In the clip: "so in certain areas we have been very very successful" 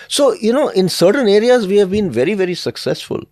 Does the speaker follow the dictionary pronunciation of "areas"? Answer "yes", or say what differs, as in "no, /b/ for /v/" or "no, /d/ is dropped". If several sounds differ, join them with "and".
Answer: yes